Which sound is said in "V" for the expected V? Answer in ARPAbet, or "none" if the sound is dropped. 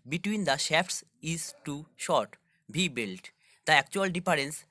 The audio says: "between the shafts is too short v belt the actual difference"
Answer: B